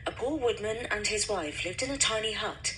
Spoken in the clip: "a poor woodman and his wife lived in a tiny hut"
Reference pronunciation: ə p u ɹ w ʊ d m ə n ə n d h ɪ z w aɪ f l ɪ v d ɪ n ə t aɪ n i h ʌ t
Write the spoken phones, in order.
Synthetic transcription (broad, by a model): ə p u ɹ w ʊ d m ə n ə n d ɪ z w aɪ f l ɪ v d ɪ n ə t aɪ n i h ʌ t